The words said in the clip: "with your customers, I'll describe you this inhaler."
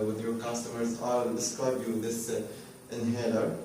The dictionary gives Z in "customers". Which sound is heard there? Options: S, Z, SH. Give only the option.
Z